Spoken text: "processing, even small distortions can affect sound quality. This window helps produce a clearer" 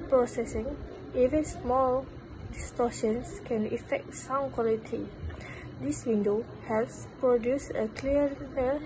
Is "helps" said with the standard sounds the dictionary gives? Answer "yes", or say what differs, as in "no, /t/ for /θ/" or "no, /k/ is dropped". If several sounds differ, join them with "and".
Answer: no, /p/ is dropped